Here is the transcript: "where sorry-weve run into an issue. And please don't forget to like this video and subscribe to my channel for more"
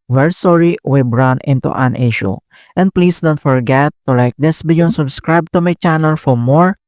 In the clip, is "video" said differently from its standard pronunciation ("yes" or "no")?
yes